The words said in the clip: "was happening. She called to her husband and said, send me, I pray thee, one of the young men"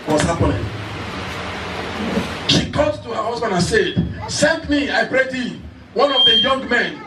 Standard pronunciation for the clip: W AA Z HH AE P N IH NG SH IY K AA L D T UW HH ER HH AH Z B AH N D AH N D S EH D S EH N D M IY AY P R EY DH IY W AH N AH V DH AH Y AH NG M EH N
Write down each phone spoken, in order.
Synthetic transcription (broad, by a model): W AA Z HH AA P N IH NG SH IY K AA D T UW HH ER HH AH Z B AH N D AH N S EH D S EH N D M IY AY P R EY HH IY W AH N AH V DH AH Y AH NG M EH N